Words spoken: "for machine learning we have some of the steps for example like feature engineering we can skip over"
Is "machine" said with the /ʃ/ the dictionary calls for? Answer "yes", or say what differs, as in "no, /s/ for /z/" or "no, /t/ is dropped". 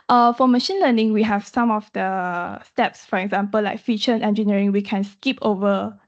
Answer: yes